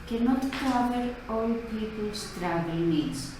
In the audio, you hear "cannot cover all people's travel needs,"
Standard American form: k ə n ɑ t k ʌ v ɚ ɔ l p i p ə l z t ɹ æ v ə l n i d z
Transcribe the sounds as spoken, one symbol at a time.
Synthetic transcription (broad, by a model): k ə n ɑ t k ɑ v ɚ ɔ l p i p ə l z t ɹ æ ə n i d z